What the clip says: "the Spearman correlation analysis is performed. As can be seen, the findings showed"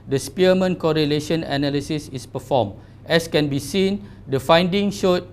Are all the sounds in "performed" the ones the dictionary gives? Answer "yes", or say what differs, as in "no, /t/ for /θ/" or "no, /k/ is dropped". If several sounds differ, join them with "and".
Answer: no, /d/ is dropped